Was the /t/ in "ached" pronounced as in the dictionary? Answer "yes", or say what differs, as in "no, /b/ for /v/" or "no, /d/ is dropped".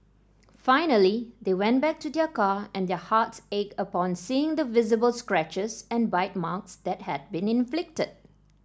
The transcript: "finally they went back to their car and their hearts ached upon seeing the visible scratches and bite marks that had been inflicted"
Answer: no, /t/ is dropped